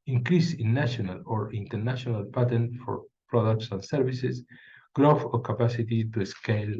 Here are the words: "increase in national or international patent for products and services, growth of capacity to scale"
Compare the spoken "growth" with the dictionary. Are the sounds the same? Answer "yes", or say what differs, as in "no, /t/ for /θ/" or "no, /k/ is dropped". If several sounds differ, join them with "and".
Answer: no, /f/ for /θ/